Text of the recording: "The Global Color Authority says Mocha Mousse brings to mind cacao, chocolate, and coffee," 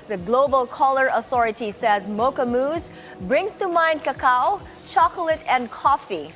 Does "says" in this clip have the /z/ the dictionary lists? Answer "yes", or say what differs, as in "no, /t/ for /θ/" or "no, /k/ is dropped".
yes